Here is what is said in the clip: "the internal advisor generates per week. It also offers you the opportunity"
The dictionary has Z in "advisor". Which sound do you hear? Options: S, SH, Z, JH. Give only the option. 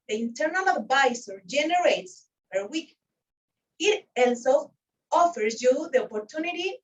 S